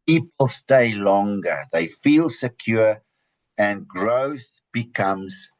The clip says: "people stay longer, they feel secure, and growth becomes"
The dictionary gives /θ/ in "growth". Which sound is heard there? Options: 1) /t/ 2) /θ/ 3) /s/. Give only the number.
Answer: 2